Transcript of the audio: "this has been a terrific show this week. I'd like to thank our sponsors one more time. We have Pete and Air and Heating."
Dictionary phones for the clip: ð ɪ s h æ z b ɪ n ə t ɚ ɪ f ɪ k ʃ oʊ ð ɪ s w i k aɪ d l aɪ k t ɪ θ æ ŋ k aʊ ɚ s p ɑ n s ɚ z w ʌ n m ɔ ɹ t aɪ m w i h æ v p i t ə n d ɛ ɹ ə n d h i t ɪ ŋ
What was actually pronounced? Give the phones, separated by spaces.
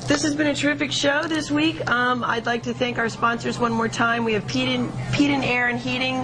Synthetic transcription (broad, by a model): ð ɪ s h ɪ z b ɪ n ə t ɚ ɪ f ɪ k ʃ oʊ ð ɪ s w i k aɪ d l aɪ k t ɪ θ æ ŋ k aʊ ɚ s p ɑ n s ɚ z w ʌ n m ɔ ɹ t aɪ m w i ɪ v p i t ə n d ɛ ɹ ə n h i t ɪ ŋ